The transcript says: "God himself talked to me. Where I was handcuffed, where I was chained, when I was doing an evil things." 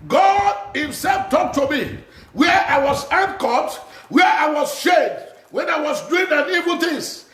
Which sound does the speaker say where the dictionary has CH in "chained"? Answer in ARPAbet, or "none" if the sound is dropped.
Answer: SH